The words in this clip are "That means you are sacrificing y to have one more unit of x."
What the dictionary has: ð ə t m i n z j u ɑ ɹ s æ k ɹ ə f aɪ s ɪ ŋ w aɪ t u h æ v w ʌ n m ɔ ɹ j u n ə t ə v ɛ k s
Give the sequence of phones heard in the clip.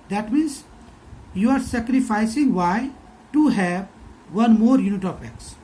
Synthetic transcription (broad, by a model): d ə t m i n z j u ɑ ɹ s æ k ɹ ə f aɪ s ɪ ŋ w aɪ t u h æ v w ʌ n m ɔ ɹ j u n ə t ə p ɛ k s